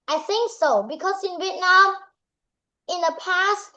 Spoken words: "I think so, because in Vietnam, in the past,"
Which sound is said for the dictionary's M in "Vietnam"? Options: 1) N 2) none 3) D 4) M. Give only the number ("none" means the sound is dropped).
2